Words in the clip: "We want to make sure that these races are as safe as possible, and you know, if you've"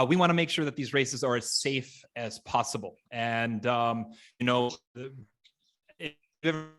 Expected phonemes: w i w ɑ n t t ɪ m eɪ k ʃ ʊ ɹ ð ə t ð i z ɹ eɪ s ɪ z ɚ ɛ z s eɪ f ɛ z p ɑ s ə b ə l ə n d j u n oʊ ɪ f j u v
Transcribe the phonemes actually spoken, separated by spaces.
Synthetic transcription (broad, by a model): w i w ɑ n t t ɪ m eɪ k ʃ ʊ ɹ ð ə t ð i z ɹ eɪ s ɪ z ɚ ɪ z s eɪ f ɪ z p ɑ s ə b l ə n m j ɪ n oʊ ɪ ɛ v